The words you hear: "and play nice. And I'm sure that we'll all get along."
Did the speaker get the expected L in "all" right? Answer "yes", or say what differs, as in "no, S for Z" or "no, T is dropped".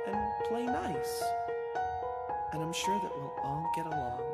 no, N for L